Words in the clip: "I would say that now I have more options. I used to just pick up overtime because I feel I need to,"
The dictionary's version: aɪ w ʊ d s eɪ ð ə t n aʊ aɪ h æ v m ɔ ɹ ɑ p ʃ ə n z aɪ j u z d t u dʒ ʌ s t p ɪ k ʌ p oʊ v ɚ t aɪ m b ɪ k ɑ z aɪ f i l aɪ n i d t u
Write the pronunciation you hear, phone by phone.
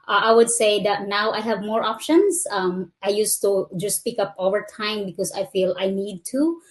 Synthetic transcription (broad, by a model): aɪ w ʊ d s eɪ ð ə t n aʊ aɪ h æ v m ɔ ɹ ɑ p ʃ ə n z aɪ j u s t u dʒ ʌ s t p ɪ k ʌ p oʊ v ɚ t aɪ m b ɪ k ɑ s aɪ f i l aɪ n i d t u